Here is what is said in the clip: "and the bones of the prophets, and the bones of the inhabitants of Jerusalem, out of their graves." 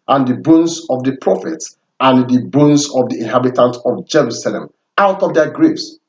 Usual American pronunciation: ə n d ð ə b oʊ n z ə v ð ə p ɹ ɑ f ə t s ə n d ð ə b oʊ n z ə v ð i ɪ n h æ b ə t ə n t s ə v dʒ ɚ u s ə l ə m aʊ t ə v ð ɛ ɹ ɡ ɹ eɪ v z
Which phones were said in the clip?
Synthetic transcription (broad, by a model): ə n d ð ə b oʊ n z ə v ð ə p ɹ ɑ f ə t s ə n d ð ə b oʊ n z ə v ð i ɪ n h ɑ b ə t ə n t ə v dʒ ɚ u s ə l ə m aʊ t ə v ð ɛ ɡ ɹ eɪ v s